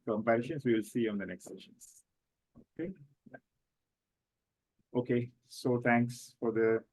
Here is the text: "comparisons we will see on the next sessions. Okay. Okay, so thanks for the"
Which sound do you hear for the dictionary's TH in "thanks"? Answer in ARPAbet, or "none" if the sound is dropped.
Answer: T